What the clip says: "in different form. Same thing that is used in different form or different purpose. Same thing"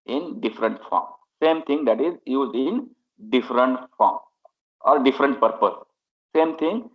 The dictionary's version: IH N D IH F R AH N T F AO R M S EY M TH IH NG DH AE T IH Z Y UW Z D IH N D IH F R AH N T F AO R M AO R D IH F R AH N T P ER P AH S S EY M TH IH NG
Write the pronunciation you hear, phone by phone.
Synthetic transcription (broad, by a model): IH N D IH F R AH N T F AO R M S EY M T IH NG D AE T IH Z Y UW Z D IH N D IH F R AH N T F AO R M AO L D IH F R AH N T P ER P AH S S EY M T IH NG